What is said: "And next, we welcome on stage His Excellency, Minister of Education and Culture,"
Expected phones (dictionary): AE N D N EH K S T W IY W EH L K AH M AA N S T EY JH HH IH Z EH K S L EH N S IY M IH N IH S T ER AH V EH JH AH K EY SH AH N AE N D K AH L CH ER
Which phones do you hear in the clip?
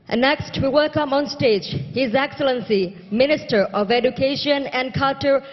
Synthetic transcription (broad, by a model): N N EH K S T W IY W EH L K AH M AA N S T EY JH HH IH Z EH K S L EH N S IY M IH N IH S T ER AH V EH JH AH K EY SH AH N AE N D K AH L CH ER